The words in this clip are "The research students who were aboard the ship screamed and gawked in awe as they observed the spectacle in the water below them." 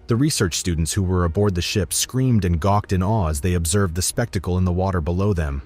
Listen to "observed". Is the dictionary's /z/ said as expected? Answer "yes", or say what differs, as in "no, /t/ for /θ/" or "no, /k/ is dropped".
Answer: yes